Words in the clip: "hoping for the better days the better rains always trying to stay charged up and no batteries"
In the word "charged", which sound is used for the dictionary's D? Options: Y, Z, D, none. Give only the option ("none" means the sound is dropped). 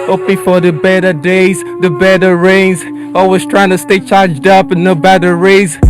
D